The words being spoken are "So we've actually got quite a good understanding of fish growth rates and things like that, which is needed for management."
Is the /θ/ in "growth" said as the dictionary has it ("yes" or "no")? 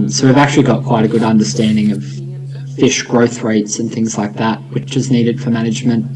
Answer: yes